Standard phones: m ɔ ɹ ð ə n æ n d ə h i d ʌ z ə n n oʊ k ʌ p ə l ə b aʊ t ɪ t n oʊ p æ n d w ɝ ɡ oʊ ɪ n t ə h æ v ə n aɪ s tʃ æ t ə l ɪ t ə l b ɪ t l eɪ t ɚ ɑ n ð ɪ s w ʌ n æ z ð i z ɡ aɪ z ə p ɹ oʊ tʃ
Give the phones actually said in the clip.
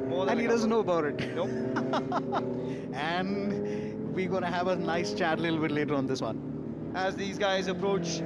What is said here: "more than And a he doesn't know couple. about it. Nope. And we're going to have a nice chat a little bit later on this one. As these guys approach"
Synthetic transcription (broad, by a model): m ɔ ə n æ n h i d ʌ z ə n n oʊ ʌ b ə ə t ɪ t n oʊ æ n d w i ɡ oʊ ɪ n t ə h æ v ə n aɪ s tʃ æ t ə l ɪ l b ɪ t l eɪ t ɚ ɑ n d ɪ s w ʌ n æ z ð i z ɡ aɪ z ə p ɹ oʊ tʃ